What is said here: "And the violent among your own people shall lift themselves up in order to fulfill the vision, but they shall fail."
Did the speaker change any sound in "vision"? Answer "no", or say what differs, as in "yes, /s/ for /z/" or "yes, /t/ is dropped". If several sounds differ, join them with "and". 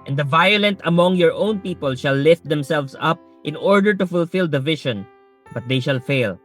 yes, /ʃ/ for /ʒ/